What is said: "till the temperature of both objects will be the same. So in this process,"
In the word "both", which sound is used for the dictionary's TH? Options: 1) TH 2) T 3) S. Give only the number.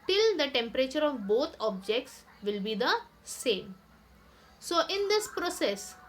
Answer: 2